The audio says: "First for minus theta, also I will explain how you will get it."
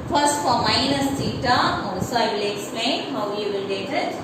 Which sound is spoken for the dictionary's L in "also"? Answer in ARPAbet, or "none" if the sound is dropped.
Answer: none